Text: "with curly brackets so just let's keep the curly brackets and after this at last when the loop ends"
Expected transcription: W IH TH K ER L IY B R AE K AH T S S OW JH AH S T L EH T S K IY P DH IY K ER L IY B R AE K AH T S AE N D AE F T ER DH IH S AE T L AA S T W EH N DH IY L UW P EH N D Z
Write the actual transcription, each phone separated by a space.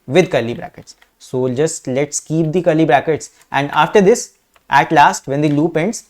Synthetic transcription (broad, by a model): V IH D K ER L IY B R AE K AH T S S OW JH AH S T L EH T S K IY P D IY K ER L IY B R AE K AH T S AE N D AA F T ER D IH S AE T L AA S T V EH N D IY L UW P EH N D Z